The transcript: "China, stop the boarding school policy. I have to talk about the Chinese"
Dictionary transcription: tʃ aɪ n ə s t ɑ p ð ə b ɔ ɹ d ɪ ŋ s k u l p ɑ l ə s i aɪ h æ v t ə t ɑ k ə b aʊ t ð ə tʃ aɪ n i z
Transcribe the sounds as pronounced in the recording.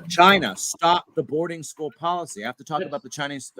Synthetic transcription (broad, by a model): tʃ aɪ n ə s t ɑ p ð ə b ɔ ɹ d ɪ ŋ s k u l p ɑ l ə s i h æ f t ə t ɑ k ə b aʊ t ð ə tʃ aɪ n i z